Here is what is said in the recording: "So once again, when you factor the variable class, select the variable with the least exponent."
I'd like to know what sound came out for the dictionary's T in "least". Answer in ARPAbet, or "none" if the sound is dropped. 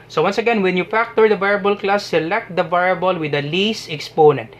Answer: none